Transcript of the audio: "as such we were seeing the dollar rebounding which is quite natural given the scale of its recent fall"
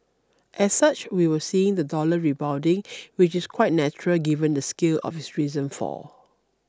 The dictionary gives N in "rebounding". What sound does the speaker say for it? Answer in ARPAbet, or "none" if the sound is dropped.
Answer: none